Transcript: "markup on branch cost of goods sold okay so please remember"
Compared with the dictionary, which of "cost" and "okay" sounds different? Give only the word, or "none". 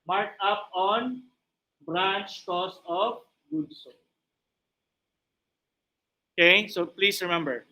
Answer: cost